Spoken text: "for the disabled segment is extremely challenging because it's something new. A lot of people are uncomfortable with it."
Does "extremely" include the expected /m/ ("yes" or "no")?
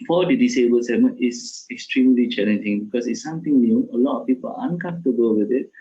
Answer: yes